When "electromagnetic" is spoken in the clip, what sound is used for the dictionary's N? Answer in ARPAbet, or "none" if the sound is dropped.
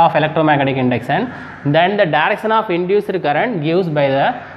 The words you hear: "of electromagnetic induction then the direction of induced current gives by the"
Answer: none